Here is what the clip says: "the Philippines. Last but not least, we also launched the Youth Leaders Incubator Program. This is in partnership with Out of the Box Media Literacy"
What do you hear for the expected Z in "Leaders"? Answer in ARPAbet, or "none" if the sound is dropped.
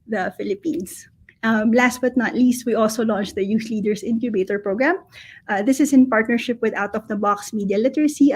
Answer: S